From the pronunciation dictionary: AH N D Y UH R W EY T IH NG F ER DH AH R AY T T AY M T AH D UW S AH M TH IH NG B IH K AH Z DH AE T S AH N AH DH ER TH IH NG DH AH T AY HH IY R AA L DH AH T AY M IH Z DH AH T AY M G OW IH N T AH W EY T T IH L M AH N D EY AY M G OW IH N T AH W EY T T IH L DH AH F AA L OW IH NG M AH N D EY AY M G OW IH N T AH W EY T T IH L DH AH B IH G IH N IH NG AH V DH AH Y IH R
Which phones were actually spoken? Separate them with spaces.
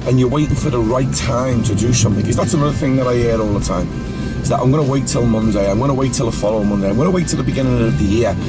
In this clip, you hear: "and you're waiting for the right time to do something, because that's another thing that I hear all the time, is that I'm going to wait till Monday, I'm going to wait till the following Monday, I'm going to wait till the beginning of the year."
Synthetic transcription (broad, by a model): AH N Y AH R W EY T IH NG F ER DH AH R AY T T AY M T AH D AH S AH M TH IH NG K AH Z DH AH T S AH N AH DH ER TH IH NG DH AH T AY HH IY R AA L DH AH T AY M IH Z DH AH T AY M G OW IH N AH W EY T T IH L M AH N D EY AY M G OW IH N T AH W EY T T IH L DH AH F AA L OW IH M AH N D EY AY M G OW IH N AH W EY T T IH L DH AH B IH G IH N IH NG AH V DH AH Y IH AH